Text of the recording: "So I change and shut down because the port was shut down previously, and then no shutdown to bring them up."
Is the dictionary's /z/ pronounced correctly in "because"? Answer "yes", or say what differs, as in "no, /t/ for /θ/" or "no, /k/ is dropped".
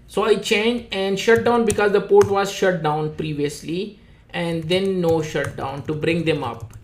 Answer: yes